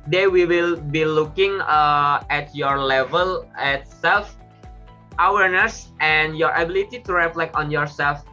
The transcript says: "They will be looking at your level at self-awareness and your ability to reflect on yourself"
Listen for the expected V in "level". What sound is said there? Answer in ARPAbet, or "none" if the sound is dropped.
V